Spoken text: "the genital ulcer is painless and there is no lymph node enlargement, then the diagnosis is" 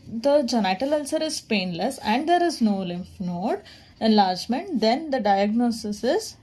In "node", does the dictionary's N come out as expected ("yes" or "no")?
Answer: yes